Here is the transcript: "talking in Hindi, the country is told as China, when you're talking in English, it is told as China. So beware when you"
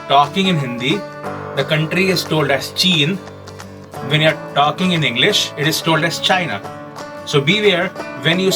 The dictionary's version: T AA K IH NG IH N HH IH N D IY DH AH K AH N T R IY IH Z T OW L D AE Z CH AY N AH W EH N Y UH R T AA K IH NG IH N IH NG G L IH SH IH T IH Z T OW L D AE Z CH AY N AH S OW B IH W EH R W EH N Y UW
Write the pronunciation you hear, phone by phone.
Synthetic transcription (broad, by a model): T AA K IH NG IH N HH IH N D IY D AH K AH N T R IY IH Z T OW L D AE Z CH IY N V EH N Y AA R T AA K IH NG IH N IH NG G L IH SH IH T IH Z T OW L D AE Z CH AY N AH S OW B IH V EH R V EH N Y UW